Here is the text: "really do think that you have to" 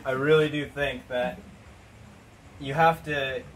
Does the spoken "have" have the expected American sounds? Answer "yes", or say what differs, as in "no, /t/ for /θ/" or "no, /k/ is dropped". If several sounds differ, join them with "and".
no, /f/ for /v/